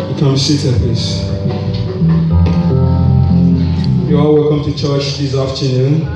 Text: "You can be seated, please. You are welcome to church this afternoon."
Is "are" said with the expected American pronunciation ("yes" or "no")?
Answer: no